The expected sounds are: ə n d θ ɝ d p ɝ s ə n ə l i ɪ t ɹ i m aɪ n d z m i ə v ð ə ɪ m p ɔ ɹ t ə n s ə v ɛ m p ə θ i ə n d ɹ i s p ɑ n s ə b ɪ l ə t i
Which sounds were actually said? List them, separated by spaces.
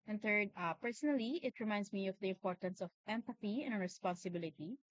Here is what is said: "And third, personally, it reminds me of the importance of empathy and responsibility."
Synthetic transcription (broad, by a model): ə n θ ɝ d p ɝ s ə n ə l i ɪ t ɹ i m aɪ n d s m i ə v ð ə ɪ m p ɔ ɹ t ə n s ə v ɛ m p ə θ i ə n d ɹ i s p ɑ n s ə b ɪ l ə t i